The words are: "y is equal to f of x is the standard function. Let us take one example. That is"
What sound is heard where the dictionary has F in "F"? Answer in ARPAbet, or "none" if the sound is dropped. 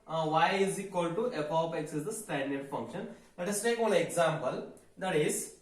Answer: P